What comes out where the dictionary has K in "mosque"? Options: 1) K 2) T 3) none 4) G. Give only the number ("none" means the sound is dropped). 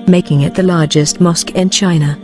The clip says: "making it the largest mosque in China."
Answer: 1